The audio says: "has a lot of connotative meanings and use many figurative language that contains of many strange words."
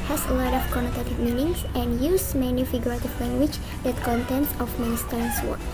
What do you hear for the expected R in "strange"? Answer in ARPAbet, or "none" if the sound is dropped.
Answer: none